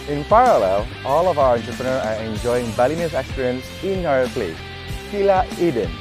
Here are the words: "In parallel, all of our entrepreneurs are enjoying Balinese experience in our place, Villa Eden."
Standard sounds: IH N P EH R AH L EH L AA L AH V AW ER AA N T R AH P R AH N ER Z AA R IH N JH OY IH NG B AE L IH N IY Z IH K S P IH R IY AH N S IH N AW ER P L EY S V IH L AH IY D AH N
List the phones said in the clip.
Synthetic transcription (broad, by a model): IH N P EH R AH L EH L AA L AH V AW ER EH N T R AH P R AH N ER AA R IH N JH OY IH NG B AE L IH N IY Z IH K S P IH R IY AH N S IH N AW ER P L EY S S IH L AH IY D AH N